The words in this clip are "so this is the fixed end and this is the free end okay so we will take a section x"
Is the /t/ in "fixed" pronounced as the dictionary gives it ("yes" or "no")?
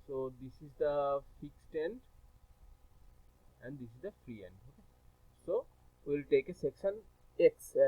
yes